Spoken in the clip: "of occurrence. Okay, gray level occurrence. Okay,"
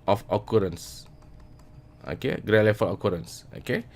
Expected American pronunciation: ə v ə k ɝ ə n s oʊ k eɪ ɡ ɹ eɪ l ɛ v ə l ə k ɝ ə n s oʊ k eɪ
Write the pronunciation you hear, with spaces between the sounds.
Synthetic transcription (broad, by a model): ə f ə k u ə n s oʊ k eɪ ɡ ɹ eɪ l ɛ f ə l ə k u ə n s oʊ k eɪ